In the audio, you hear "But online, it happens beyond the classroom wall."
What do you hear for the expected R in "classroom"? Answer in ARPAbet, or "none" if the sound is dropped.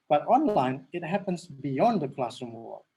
none